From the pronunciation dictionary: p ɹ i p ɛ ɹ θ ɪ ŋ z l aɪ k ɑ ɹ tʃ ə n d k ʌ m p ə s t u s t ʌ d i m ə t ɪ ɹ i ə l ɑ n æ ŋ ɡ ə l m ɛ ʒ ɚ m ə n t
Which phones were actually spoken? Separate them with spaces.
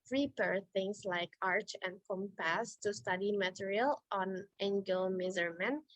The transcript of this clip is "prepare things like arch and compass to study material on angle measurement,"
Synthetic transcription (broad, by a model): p ɹ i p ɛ ɹ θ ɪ ŋ s l aɪ k ɑ ɹ tʃ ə n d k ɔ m p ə s t u s t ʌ d i m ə t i ɹ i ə l ɑ n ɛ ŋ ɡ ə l m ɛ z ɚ m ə n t